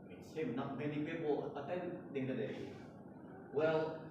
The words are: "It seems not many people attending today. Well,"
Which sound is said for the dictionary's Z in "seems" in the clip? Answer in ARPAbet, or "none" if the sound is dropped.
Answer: none